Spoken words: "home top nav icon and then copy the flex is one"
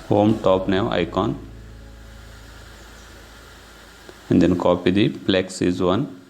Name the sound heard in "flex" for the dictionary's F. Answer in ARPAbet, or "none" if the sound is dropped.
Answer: P